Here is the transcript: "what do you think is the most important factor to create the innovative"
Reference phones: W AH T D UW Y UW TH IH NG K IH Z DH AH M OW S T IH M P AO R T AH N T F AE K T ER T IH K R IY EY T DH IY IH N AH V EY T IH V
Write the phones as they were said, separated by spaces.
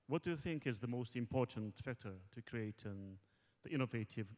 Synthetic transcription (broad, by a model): W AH T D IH Y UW TH IH NG K IH Z DH AH M OW S T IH M P AO R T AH N T F AE K T ER T IH K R IY EY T DH IY IH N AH V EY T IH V